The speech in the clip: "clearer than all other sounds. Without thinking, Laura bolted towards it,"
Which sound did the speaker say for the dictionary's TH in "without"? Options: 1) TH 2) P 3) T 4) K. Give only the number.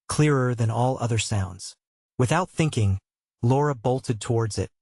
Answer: 1